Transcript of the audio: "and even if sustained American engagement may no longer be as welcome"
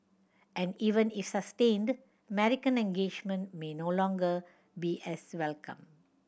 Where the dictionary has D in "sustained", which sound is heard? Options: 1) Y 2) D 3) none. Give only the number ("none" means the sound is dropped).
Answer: 2